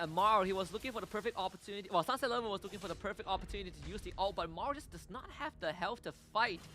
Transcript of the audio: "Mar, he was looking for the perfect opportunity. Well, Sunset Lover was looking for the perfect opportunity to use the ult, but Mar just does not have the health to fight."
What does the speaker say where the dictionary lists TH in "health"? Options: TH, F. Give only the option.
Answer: F